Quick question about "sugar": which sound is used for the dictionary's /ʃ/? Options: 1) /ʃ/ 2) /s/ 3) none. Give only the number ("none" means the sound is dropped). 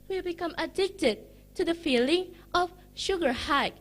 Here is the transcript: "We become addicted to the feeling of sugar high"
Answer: 1